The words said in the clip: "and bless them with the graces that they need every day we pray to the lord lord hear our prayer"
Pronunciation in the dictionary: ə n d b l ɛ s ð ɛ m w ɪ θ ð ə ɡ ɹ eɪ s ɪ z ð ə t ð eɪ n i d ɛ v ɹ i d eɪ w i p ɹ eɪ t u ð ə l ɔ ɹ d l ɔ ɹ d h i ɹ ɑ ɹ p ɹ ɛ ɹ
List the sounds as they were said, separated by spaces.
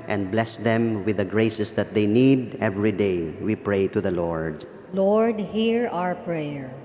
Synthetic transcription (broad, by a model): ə n d b l ɛ s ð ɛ m w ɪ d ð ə ɡ ɹ eɪ s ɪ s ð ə t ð eɪ n i d ɛ v ɹ i d eɪ w i p ɹ eɪ t u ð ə l ɔ ɹ d l ɔ ɹ d h i ɹ ɑ ɹ p ɹ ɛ ɹ